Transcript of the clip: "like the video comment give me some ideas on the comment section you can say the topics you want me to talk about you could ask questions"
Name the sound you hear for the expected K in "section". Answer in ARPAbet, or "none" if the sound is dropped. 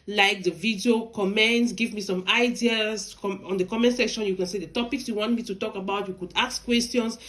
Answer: K